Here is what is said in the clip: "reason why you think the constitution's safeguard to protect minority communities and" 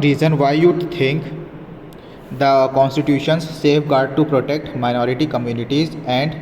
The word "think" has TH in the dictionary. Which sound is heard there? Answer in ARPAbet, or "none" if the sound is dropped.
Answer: T